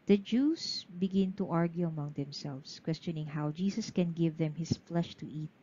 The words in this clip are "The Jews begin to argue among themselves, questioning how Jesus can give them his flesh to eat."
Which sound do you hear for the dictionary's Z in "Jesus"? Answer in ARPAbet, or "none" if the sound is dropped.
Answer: S